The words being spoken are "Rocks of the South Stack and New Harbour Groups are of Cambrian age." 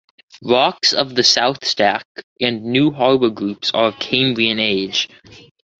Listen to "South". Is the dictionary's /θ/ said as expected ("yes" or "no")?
yes